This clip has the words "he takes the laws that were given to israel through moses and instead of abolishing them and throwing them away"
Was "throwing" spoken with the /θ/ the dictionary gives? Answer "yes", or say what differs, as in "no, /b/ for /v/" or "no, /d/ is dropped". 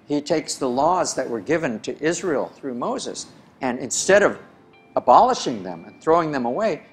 yes